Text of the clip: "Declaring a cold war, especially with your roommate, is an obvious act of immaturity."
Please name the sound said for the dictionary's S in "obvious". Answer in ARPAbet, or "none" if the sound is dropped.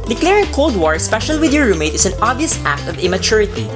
S